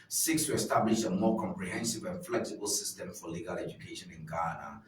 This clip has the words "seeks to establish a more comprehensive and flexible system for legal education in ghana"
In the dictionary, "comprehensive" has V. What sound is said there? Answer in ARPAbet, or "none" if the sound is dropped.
V